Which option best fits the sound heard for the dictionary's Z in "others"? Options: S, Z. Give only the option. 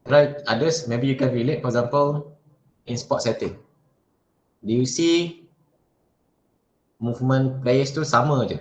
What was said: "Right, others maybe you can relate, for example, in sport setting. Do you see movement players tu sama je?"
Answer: S